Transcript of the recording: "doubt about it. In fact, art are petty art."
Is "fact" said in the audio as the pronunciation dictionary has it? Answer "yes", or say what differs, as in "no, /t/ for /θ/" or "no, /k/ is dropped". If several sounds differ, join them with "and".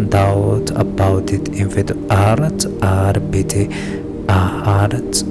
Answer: no, /k/ is dropped